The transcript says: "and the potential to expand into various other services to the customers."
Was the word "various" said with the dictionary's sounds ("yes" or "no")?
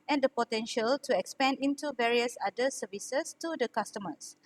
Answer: yes